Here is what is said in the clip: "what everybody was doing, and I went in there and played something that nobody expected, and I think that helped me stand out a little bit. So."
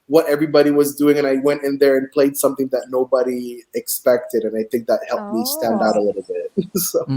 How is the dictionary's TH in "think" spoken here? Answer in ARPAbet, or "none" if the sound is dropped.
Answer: TH